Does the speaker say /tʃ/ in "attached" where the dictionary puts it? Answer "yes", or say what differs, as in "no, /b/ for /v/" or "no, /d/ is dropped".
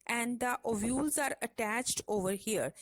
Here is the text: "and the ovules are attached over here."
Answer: yes